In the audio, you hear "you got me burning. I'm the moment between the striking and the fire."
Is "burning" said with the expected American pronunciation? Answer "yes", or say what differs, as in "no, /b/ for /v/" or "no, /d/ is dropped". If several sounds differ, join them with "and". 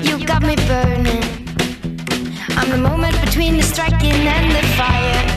no, /n/ is dropped